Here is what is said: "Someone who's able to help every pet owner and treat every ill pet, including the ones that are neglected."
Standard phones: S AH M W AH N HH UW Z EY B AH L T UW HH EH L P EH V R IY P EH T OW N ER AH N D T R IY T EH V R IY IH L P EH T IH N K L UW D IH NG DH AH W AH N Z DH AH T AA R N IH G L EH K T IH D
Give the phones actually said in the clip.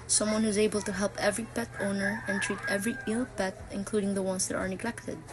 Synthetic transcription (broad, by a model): S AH M W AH N HH UW Z EY B AH L T UW HH EH L P EH V R IY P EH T OW N ER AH N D T R IY T EH V R IY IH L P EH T IH N K L UW D IH NG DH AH W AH N S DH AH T AA R N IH G L EH K T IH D